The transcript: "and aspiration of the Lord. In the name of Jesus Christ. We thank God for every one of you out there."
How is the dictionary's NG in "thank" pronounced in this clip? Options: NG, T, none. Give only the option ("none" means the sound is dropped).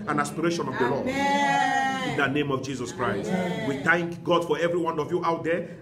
NG